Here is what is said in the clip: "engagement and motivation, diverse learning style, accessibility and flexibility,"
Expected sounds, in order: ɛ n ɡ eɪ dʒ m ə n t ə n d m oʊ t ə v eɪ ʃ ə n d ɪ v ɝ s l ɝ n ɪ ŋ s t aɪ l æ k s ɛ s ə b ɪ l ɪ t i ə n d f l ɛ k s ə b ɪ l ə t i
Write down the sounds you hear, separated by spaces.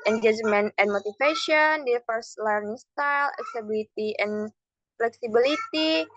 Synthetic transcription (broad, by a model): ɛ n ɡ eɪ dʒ m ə n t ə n m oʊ t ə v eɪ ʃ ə n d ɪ f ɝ s l ɝ n ɪ ŋ s t aɪ l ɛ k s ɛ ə b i l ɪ t i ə n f l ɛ k s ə b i l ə t i